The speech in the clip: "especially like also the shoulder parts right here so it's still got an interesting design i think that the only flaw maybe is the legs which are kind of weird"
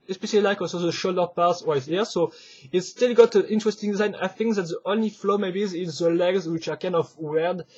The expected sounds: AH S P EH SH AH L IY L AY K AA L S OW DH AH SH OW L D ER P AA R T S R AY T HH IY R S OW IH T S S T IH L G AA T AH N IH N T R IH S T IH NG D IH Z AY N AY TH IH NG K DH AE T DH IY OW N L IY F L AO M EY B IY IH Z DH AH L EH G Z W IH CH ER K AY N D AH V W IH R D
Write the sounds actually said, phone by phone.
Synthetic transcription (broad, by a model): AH S P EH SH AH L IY L AY K AA L S OW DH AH SH OW L D ER P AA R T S W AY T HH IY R S OW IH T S S T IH L G AA T AH N IH N T R IH S T IH NG D IH Z AY N AY TH IH NG K DH AE T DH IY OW N L IY F L AO M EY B IY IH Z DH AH L EH G Z W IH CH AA K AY N D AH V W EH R D